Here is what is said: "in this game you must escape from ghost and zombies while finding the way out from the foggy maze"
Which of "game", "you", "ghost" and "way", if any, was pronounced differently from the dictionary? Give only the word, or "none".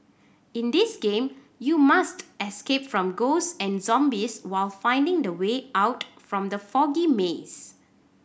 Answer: ghost